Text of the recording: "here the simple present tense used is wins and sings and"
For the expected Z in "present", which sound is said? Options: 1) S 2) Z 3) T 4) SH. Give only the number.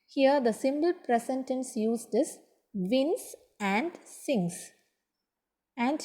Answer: 1